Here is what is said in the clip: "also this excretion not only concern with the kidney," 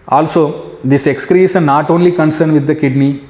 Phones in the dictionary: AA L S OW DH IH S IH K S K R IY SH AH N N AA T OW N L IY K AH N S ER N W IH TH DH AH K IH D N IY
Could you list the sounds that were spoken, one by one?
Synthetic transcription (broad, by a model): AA L S OW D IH S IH K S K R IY S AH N N AA T OW N L IY K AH N S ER N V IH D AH K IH D N IY